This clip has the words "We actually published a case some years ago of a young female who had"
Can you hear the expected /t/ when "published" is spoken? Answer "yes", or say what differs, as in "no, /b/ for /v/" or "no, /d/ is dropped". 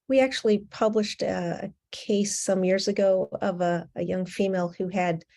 yes